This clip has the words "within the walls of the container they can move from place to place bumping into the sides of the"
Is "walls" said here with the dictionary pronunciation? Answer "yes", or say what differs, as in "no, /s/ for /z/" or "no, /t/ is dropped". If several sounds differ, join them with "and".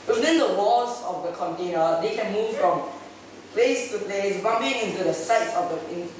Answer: no, /l/ is dropped